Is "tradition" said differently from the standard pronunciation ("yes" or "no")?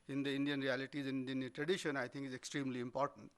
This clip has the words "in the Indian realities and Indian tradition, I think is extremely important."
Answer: no